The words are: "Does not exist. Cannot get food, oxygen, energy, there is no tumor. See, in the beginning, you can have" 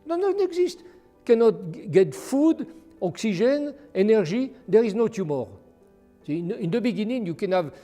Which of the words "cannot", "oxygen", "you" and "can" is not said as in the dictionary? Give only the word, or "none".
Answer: oxygen